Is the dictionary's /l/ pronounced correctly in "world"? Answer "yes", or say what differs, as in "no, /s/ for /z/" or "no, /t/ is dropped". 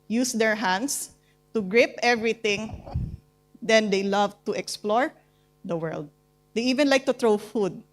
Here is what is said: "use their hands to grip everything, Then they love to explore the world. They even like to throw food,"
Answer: yes